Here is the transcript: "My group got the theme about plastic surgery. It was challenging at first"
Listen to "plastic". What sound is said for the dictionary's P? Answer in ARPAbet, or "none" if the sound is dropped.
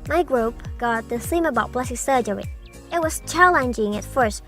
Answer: B